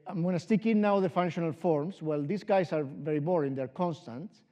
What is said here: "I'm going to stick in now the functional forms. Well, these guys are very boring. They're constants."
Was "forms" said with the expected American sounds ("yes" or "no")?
no